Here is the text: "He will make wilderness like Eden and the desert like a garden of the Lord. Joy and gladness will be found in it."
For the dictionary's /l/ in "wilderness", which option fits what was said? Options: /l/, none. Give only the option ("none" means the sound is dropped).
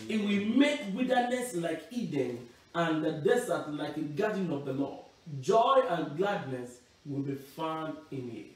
none